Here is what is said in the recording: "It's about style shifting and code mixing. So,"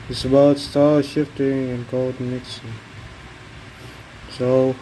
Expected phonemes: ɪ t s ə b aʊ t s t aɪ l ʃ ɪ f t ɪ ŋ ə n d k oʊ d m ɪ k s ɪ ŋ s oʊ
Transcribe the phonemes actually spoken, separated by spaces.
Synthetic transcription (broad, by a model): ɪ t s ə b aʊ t s t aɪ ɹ ʃ ɪ f t ɪ ŋ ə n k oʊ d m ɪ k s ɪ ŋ s oʊ